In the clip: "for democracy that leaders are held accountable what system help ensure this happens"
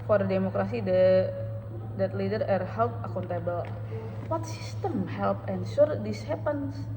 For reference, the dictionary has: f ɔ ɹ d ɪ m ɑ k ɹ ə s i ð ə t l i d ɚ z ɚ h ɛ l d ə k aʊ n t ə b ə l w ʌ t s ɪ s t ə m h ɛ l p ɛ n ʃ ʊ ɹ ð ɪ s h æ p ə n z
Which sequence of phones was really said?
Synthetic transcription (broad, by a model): f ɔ ɹ d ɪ m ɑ k ɹ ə s i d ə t l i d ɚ ɚ h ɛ l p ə k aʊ n t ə b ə l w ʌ t s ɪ s t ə m h ɛ l p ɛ n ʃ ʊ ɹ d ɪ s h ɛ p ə n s